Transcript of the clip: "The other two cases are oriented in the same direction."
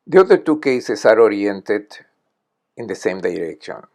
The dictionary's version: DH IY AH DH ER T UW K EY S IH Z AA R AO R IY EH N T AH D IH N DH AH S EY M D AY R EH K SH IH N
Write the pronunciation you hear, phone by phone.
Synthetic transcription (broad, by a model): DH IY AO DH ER T UW K EY S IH S AA R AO R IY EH N T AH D IH N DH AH S EY M D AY R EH K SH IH N